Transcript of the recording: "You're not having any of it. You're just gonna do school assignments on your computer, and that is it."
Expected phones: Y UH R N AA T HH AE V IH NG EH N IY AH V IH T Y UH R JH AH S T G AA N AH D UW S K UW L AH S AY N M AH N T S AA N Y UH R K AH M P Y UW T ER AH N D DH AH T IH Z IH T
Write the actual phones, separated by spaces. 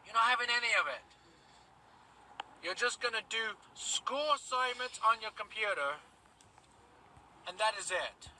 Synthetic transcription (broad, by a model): Y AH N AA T HH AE V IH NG EH N IY AH V IH T Y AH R JH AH S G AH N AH D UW S K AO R S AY M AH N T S N Y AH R K AH M P Y UW T ER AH N DH AH T IH Z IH T